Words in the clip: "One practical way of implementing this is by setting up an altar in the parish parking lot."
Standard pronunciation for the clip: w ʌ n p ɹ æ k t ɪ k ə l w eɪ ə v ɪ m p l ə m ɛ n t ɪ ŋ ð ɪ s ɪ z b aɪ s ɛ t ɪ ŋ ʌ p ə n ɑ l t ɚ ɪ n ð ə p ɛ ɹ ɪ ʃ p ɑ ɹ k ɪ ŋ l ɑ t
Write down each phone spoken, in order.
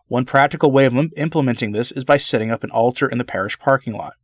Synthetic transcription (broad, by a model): w ʌ n p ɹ æ k t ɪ k l w eɪ ə v ɪ m p l ə m ɛ n t ɪ ŋ ð ɪ s ɪ z b aɪ s ɛ t ɪ ŋ ʌ p ə n ɑ l t ɚ ɪ n ð ə p ɛ ɹ ɪ ʃ p ɑ ɹ k ɪ ŋ l ɑ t